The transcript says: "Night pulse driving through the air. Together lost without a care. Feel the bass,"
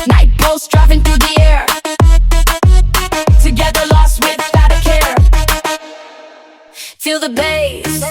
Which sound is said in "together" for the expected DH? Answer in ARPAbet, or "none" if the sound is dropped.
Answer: DH